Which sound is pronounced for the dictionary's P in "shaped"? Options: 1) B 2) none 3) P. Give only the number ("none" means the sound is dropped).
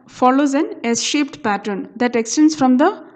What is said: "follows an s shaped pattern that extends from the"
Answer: 3